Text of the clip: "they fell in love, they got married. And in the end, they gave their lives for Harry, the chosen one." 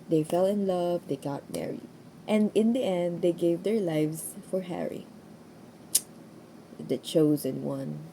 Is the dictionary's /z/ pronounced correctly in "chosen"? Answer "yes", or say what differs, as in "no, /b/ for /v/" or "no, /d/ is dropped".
yes